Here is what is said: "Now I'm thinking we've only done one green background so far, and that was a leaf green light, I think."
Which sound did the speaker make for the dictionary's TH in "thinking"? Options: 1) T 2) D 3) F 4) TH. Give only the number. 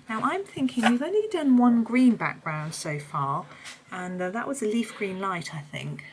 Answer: 4